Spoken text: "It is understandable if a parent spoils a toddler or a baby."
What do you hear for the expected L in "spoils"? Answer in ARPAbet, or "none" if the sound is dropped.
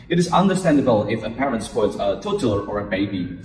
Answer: none